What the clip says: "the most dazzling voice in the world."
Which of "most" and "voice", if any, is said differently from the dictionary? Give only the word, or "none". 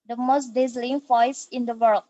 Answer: voice